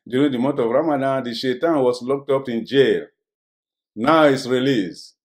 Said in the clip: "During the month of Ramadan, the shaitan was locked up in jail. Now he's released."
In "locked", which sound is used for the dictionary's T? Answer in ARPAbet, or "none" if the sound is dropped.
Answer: T